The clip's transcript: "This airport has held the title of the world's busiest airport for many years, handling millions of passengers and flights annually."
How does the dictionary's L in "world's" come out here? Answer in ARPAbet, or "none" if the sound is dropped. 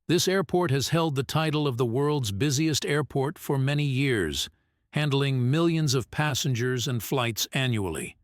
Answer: L